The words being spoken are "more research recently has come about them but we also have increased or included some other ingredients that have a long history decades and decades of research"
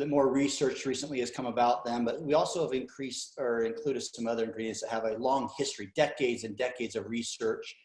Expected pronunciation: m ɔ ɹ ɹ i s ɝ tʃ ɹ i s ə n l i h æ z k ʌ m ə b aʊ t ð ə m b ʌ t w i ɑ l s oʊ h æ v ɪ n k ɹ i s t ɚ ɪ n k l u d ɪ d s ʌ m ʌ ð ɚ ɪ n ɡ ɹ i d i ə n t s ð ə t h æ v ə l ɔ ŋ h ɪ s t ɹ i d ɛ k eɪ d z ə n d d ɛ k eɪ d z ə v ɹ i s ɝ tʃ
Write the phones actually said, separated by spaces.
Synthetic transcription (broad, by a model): m ɔ ɹ ɹ i s ɝ tʃ ɹ i s ə n l i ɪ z k ʌ m ə b aʊ t ð ə m b ʌ t w i ɑ l s oʊ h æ v ɪ n k ɹ i s t ɚ ɪ n k l u d ɪ d s ʌ m ʌ ð ɚ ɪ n ɡ ɹ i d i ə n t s ð ə t h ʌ v ə l ɔ ŋ h ɪ s t ɹ i d ɛ k eɪ d z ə n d d ɛ k eɪ d z ə v ɹ i s ɝ tʃ